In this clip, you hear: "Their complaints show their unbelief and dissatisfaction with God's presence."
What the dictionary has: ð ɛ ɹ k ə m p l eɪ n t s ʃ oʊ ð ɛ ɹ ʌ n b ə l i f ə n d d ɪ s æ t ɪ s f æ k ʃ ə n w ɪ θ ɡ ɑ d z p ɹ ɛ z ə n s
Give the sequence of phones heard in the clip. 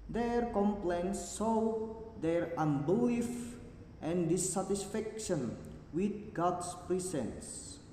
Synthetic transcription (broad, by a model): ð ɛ ɹ k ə m p l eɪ n s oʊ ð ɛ ɹ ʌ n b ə i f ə n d d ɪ s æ t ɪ s f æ k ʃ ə n w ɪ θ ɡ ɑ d s p ɹ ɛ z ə n s